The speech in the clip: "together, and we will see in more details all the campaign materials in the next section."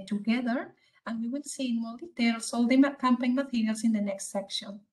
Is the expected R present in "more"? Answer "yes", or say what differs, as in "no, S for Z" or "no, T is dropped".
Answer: no, L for R